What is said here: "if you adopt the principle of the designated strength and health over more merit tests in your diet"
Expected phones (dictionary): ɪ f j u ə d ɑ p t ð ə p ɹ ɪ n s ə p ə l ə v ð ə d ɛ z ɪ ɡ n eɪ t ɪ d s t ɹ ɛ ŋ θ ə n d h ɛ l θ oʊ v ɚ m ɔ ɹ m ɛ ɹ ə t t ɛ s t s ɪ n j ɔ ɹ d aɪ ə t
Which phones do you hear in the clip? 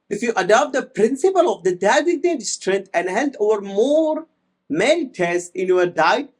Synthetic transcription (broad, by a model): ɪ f j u ə d ɑ p t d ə p ɹ ɪ n s ə p ə l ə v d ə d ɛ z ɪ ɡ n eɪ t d s t ɹ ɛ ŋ t ə n d h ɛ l t oʊ v ɚ m ɔ ɹ m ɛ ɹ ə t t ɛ s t ɪ n j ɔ ɹ d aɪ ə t